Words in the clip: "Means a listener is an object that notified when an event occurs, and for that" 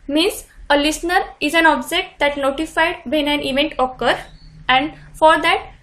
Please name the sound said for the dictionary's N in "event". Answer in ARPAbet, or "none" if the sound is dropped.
N